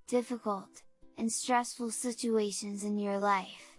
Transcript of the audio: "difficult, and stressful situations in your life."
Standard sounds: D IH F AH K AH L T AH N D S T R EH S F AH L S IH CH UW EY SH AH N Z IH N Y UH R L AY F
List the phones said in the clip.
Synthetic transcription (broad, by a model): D IH F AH K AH L T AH N S T R EH S F AH L S IH CH UW EY SH AH N Z IH N Y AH R L AY F